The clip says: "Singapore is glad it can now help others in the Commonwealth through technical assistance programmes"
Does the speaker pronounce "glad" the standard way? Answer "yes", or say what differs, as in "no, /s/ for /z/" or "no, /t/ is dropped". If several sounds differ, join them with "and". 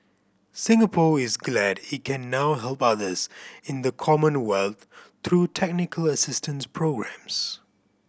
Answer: yes